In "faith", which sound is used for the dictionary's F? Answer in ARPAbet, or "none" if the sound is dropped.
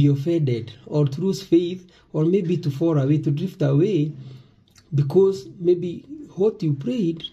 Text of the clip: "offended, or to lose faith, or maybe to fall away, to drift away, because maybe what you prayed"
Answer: F